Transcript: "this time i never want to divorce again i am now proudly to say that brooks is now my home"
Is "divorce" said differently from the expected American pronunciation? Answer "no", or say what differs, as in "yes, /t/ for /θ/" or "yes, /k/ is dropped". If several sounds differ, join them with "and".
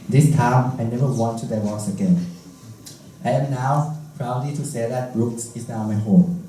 yes, /w/ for /v/